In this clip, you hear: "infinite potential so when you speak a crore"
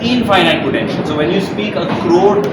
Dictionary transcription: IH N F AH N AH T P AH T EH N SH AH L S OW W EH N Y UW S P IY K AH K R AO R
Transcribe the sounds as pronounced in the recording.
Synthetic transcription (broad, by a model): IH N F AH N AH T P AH T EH N SH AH N S OW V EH N Y UW S P IY K AH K R AO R